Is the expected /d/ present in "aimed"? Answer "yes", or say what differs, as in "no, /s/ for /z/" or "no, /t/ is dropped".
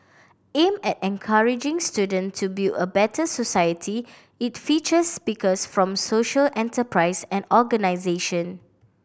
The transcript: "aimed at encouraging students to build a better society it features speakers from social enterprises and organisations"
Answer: no, /d/ is dropped